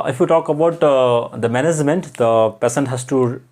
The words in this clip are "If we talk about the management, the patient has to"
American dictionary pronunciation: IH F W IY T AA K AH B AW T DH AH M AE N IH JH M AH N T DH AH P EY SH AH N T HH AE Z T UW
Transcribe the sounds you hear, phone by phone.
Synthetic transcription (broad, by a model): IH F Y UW T AA K AH B AW T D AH M AE N IH JH M AH N T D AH P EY S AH N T HH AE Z T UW